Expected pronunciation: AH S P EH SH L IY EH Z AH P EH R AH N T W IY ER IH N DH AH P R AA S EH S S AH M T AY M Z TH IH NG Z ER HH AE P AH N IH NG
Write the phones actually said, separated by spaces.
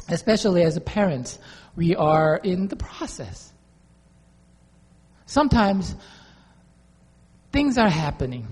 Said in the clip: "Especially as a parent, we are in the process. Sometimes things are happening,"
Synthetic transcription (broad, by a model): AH S P EH SH L IY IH Z AH P EH R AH N T W IY ER IH N DH AH P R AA S EH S S AH M T AY M Z TH IH NG Z ER HH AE P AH N IH NG